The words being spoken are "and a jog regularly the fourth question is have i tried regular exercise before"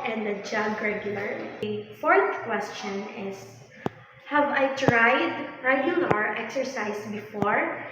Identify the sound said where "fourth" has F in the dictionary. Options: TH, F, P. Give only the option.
F